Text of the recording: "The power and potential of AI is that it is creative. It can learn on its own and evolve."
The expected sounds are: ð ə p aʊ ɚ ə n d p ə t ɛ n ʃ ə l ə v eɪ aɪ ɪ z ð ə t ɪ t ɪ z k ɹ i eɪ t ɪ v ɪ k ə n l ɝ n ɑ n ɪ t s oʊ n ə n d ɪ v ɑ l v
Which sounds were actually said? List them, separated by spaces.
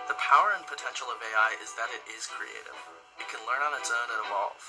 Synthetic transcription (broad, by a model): ð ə p aʊ ɚ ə n p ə t ɛ n ʃ l ə v eɪ aɪ ɪ z ð ə t ɪ t ɪ z k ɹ i eɪ t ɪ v ɪ k ə n l ɝ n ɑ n ɪ t s oʊ n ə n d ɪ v ɑ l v